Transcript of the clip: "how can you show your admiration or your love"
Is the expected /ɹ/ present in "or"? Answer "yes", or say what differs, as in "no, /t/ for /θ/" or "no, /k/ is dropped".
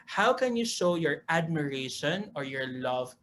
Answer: yes